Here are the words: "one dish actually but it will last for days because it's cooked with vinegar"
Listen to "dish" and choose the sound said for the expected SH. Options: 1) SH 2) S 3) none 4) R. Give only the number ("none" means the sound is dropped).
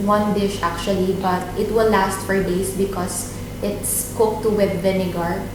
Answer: 1